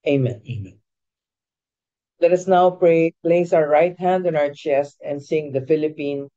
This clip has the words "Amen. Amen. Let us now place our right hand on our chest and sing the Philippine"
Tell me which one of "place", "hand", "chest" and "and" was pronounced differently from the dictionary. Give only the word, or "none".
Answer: none